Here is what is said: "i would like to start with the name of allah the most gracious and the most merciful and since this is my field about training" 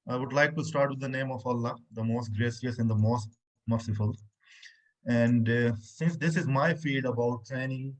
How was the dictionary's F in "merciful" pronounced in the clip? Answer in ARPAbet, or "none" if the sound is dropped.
F